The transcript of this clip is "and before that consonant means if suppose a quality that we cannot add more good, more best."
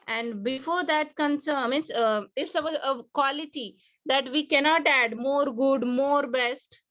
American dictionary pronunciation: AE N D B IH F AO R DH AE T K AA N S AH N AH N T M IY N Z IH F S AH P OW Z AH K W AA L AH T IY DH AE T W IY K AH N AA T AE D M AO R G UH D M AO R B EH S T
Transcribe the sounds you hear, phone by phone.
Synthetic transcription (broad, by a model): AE N D B IH F AO R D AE T K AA N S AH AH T M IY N S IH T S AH OW AH K W AA L AH T IY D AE T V IY K AH N AA T AE D M AO R G UH D M AO R B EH S T